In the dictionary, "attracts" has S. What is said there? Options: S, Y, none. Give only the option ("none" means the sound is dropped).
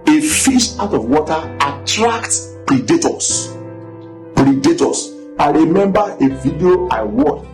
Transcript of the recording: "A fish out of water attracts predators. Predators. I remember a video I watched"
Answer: none